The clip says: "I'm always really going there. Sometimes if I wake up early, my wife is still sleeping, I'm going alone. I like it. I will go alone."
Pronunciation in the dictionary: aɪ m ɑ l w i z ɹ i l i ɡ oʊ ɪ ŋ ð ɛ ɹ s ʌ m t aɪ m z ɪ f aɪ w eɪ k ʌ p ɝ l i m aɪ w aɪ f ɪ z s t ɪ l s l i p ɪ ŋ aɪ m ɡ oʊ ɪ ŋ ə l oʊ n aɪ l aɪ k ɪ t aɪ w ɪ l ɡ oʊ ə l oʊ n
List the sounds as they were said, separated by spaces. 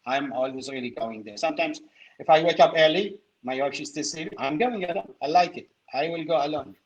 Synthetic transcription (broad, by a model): aɪ m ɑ l w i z ɹ i l i ɡ oʊ ɪ ŋ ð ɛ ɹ s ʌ m t aɪ m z ɪ f aɪ w eɪ k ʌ p ɝ l i m aɪ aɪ p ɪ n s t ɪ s i ɪ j m ɡ oʊ ɪ ŋ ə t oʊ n aɪ l aɪ k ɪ t aɪ w ɪ l ɡ oʊ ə l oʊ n